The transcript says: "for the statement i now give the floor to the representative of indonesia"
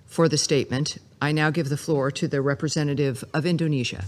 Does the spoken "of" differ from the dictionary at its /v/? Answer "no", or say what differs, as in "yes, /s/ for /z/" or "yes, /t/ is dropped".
no